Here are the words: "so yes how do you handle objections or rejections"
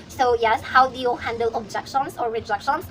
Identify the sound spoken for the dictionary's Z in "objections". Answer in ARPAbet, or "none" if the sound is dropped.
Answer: S